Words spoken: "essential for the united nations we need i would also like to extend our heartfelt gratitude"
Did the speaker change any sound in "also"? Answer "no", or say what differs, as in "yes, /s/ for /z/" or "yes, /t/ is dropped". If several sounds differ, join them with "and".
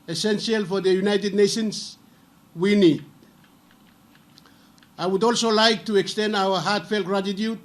no